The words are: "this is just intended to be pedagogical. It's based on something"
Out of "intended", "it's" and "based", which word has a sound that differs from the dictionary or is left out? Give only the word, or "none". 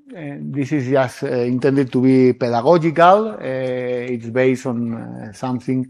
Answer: none